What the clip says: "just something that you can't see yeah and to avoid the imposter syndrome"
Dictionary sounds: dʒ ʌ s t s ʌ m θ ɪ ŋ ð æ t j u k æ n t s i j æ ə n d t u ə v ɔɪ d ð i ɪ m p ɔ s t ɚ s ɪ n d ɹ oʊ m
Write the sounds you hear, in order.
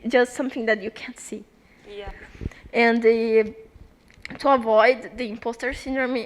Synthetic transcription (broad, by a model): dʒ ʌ s t s ʌ m θ ɪ ŋ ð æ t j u k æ n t s i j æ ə n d t u ə v ɔɪ d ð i ɪ m p ɔ s t ɚ s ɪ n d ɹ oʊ m